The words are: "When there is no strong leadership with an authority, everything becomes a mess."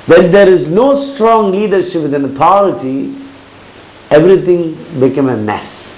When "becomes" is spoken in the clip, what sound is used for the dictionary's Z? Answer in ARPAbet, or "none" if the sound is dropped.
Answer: none